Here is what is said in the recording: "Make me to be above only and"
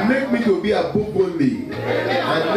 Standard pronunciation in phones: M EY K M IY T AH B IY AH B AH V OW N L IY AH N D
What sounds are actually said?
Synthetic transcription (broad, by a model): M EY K M IY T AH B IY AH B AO B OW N IY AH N